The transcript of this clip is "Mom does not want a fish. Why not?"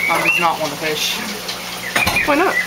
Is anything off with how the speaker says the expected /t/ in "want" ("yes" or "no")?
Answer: yes